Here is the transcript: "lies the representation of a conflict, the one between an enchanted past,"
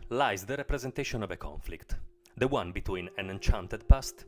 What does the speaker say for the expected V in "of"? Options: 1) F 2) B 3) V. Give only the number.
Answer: 3